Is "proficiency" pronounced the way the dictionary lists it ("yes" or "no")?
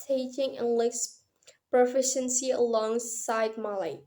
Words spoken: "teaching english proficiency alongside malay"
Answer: yes